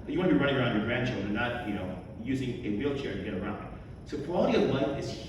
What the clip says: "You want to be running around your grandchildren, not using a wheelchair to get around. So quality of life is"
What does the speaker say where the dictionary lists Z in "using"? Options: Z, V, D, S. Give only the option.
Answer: Z